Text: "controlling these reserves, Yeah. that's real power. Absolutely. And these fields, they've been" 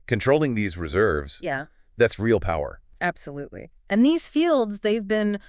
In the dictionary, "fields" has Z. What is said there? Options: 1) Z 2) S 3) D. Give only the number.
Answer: 1